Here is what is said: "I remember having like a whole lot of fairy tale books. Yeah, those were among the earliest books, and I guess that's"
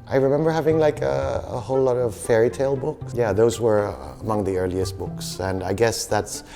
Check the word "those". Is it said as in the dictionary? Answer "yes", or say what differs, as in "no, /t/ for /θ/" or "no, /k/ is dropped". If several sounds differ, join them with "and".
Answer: yes